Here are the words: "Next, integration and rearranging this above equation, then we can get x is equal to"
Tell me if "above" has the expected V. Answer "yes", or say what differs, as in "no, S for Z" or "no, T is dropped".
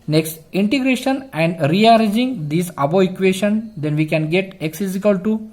no, V is dropped